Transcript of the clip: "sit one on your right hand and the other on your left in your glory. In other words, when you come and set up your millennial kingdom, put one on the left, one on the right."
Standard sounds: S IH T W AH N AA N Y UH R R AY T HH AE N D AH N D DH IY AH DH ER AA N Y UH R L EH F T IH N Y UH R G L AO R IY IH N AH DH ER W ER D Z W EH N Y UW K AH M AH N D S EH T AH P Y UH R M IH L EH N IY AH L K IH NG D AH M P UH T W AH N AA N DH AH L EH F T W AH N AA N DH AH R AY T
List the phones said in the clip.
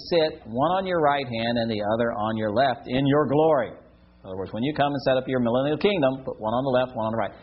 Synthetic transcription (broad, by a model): S IH T W AH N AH N Y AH R R AY T HH AE N D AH N DH IY AH DH ER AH N Y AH R L EH F T IH N Y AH R G L AO R IY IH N AH DH ER W ER D Z W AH N Y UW K AH M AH N S EH T AH P Y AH R M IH L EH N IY L K IH NG D AH M P UH T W AH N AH N DH AH L EH F T W AH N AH N DH AH R AY T